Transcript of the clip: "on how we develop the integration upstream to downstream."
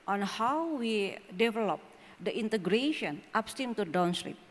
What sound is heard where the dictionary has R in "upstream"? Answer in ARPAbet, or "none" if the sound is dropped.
none